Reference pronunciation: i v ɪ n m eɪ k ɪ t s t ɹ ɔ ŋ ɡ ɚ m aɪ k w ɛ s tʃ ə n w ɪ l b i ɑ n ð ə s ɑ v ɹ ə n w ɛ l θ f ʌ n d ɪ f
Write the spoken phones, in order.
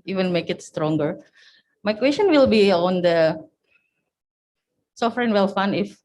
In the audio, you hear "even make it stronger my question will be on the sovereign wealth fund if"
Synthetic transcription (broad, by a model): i v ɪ n m eɪ k ɪ t s t ɹ ɔ ŋ ɡ ɚ m aɪ k w ɛ s tʃ ə n w ɪ l b i ɑ n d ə s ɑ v ɹ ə n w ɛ l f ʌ n ɪ f